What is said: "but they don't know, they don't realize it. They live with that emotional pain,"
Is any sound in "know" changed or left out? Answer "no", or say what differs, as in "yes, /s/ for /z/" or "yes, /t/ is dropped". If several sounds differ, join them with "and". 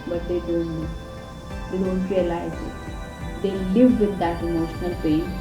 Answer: yes, /l/ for /n/